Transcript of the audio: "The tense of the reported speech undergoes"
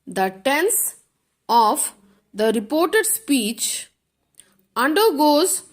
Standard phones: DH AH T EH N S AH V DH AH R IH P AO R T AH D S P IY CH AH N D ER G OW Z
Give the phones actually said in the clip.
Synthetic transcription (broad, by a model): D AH T EH N S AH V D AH R IH P AO R T AH D S P IY CH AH N D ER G OW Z